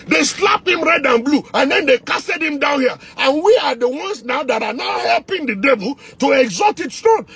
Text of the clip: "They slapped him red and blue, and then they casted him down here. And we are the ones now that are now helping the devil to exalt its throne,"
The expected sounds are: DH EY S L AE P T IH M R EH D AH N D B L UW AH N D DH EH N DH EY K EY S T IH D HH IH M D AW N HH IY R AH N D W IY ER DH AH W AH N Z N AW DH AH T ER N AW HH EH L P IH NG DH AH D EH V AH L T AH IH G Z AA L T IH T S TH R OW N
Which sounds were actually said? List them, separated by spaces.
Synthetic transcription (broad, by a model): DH EY S L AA P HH IH M R EH D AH N B L UW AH N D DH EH N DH EY K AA S T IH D HH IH M D AW N HH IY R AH N W IY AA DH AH W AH N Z N AW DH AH T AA N AW HH EH L P IH NG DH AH D EH V AH L T AH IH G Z AA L T IH T S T R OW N